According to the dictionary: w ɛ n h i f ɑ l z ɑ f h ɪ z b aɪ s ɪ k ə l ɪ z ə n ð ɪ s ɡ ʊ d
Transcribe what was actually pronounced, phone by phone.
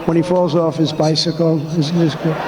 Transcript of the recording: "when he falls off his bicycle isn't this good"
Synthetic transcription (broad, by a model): w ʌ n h i f ɑ l z ɑ f h ɪ z b aɪ s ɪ k l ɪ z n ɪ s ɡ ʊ